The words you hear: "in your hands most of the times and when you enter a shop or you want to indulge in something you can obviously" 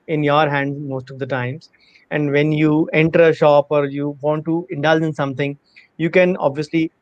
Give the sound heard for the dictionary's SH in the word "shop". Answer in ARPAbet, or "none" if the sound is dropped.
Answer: SH